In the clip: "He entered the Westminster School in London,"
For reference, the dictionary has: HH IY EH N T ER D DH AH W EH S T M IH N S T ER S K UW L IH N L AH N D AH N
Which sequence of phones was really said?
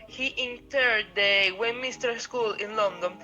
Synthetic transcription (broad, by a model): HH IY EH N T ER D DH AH W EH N M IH S T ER S K UW L IH N L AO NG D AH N